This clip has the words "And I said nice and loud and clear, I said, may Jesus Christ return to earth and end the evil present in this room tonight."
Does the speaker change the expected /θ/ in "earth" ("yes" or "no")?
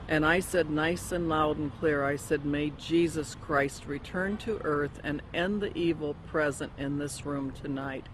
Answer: no